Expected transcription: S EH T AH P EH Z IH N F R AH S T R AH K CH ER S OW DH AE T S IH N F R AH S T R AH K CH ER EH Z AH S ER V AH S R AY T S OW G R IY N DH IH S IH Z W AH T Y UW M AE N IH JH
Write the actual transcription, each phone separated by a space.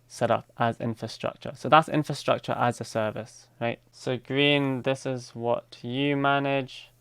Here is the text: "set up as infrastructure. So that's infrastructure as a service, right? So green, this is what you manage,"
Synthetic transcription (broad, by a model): S EH T AH P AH Z IH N F R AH S T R AH K CH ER S OW DH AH T S IH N F R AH S T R AH K CH ER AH Z AH S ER V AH S R AY T S OW G R IY N DH IH S IH Z W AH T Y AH M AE N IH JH